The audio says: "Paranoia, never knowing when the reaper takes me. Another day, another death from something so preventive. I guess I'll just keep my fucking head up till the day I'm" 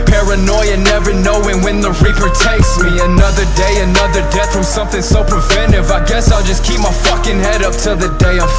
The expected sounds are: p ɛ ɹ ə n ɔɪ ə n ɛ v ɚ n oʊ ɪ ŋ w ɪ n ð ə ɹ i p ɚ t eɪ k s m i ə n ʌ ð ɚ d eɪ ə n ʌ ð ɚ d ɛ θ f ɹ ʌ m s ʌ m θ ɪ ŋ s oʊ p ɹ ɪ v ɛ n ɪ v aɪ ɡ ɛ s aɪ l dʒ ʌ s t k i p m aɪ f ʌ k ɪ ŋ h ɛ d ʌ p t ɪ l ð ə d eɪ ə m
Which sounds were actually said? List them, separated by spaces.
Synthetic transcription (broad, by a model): p ɛ ɹ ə n ɔɪ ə n ɛ v ɚ n oʊ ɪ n w ɪ n ð ə ɹ i p ɚ t eɪ k s m i ə n ʌ ð ɚ d eɪ ə n ʌ ð ɚ d ɛ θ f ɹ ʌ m s ʌ m θ ɪ ŋ s oʊ p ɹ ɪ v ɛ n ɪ v aɪ ɡ ɛ s aɪ l dʒ ʌ s k i p m aɪ f ʌ k ɪ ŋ h ɛ d ʌ p t ɪ l ð ə d eɪ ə